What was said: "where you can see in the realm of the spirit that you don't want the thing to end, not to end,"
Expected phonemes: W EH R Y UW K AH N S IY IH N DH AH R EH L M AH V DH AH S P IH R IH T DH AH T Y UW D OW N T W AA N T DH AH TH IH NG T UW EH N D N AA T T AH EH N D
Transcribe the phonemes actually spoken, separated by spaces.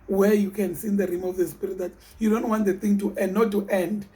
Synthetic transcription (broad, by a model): W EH Y UW K AH N S IY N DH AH R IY M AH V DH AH S P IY R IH T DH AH T Y UW D OW N T W AA N T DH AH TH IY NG T UW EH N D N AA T T EH N D